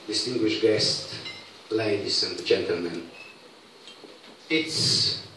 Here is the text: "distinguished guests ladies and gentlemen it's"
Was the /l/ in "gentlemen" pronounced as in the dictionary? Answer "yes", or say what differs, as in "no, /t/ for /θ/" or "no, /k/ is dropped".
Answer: yes